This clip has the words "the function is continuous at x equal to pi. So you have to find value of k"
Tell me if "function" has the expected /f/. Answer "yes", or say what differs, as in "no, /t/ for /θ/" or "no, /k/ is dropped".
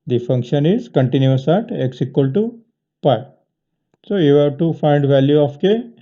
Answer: yes